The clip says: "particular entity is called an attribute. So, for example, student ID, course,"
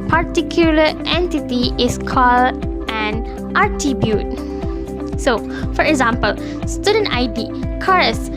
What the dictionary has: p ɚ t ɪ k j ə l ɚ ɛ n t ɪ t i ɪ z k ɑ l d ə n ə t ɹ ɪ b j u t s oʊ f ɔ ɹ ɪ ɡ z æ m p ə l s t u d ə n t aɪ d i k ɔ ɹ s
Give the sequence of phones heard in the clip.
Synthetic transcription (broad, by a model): p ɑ t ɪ k j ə l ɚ ɛ n t ɪ t i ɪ s k ɑ l d ə n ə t i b j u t s oʊ f ɔ ɹ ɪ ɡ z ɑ m p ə l s t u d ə n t aɪ d i k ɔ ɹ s